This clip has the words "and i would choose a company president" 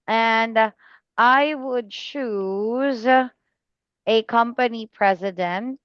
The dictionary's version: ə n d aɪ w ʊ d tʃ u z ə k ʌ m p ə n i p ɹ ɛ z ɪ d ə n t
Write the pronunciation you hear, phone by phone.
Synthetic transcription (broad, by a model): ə n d aɪ w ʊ d tʃ u z ə k ʌ m p ə n i p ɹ ɛ z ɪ d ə n t